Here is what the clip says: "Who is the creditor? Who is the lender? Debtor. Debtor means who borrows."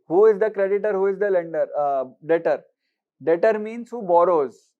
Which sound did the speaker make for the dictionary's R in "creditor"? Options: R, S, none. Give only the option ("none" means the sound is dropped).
R